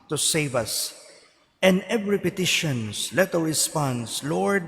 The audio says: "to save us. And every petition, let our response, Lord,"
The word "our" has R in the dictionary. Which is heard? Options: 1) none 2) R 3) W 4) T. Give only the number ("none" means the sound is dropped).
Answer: 3